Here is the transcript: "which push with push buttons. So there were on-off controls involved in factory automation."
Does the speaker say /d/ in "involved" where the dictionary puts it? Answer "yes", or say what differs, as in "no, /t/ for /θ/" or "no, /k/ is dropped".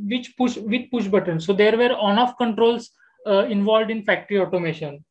yes